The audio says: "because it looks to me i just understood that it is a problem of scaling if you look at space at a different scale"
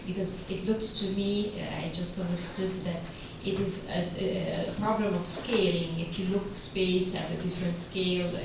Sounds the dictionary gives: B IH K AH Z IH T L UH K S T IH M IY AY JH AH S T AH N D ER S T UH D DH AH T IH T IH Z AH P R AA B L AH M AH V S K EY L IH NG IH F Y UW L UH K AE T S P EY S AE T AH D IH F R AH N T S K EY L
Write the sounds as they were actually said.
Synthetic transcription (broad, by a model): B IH K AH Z IH T L UH K S T IH M IY AY JH AH S T AH N D ER S T UH D DH AH T IH T IH Z AH P R AA B L AH M AH V S K EY L IH NG IH F Y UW L UH K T S P EY S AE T AH D IH F R AH N T S K EY L